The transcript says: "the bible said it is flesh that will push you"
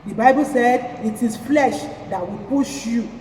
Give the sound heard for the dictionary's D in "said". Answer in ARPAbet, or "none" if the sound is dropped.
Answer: D